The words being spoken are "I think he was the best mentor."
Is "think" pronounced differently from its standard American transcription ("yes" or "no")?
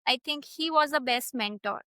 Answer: yes